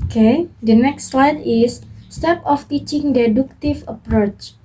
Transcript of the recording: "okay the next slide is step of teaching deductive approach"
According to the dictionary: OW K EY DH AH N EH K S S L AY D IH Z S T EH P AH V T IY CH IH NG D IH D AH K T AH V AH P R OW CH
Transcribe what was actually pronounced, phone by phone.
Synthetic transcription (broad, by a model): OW K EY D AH N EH K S S L AY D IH S T EH P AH F T IY CH IH NG D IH D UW K T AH F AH P R OW CH